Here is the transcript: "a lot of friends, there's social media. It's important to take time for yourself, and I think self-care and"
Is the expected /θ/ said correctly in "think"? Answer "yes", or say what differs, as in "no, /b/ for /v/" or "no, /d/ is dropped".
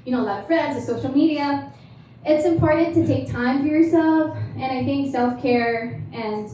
yes